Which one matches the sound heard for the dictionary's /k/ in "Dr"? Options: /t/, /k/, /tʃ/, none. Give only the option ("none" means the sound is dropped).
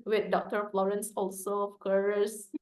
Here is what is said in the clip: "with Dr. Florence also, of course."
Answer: /k/